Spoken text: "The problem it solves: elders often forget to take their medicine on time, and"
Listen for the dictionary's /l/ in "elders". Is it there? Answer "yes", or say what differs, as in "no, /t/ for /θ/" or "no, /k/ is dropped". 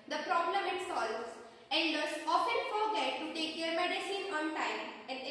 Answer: no, /n/ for /l/